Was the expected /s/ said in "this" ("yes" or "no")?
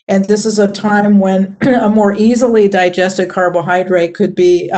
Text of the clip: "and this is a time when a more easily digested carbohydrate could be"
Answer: yes